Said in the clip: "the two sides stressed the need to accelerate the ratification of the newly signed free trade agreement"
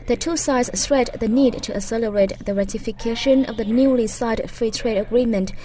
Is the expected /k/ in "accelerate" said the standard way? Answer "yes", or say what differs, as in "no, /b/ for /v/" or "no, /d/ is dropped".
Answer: no, /k/ is dropped